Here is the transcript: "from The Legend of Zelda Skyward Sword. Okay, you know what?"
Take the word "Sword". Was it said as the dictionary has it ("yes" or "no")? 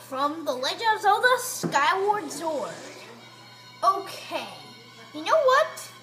no